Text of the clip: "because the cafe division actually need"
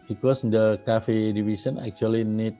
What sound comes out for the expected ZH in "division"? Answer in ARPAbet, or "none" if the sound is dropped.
S